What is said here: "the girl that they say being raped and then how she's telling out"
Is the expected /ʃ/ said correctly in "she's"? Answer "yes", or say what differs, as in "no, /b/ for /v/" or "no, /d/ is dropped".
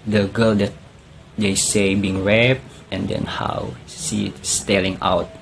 no, /s/ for /ʃ/